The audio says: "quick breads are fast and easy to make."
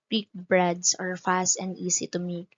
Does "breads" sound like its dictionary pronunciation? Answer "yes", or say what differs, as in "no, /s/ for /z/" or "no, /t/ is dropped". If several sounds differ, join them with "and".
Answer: no, /s/ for /z/